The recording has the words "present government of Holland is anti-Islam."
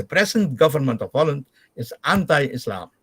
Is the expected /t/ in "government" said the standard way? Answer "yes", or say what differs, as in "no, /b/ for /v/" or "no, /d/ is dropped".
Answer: yes